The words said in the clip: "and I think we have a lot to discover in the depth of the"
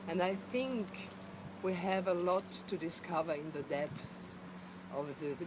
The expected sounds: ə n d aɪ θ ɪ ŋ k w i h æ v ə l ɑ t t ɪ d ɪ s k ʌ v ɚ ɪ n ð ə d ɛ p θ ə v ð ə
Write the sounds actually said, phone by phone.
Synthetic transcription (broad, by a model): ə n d aɪ θ ɪ ŋ k w i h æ v ə l ɑ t t ɪ d ɪ s k ʌ v ɚ ɪ n ð ə d ɛ p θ ə v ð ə